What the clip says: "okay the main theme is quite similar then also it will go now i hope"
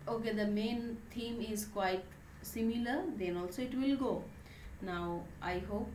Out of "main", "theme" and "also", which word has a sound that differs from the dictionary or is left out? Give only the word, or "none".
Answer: theme